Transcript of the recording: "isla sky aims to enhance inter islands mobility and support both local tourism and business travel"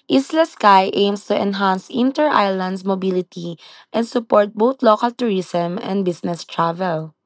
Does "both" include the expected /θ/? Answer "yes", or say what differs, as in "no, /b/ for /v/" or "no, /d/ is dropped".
no, /t/ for /θ/